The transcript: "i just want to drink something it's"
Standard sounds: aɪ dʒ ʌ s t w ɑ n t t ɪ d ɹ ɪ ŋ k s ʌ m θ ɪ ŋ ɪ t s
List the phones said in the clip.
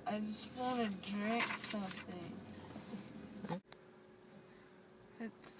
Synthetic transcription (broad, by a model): aɪ dʒ ʌ s t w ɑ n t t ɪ d ɹ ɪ k s ʌ m θ ɪ ŋ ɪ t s